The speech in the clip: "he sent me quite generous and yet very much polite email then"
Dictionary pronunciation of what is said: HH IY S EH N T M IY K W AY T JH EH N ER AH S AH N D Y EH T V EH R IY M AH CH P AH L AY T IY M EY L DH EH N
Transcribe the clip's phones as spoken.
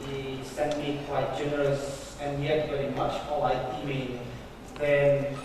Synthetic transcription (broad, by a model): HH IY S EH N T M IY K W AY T JH EH N ER AH S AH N Y EH T V EH R IY M AH CH F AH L AY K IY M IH N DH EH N